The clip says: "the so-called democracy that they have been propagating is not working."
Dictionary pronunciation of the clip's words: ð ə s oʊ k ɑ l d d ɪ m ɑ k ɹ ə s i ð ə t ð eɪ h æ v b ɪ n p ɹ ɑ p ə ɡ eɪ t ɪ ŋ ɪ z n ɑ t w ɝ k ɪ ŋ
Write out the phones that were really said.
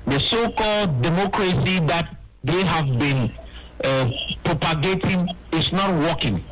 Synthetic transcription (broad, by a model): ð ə s oʊ k ɑ l d d ɪ m ɑ k ɹ ə s i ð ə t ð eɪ h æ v b ɪ n p ɹ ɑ p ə ɡ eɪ t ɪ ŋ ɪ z n ɑ t w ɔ k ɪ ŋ